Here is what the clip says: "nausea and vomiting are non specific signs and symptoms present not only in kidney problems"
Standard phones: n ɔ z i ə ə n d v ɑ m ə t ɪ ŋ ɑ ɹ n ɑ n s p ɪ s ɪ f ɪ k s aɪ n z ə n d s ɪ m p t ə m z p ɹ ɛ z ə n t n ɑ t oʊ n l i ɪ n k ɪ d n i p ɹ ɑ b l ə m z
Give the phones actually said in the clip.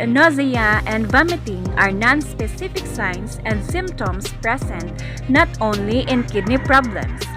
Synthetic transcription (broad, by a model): n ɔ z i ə ə n d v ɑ m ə t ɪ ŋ ɑ ɹ n ɑ n s p ɪ s ɪ f ɪ k s aɪ n s ə n d s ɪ m p t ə m s p ɹ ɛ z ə n t n ɑ t oʊ n l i ɪ n k ɪ d n i p ɹ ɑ b l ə m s